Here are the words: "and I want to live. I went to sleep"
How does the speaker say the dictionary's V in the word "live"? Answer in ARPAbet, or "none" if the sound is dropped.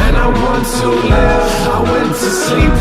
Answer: none